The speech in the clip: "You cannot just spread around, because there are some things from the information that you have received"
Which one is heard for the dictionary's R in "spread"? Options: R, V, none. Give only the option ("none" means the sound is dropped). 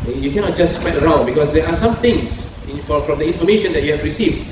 none